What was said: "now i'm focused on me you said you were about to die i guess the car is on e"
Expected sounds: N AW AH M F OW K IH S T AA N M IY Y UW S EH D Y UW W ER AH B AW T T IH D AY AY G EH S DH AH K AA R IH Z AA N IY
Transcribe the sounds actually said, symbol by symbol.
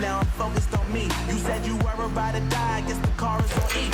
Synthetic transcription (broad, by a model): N AW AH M F OW K IH S T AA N M IY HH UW S EH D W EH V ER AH IH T T IH D AY AY G EH S DH AH K AA R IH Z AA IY